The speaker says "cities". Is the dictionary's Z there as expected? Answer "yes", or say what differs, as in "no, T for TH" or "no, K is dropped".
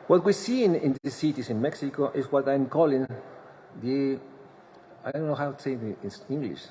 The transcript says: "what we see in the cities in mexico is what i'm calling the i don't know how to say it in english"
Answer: no, S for Z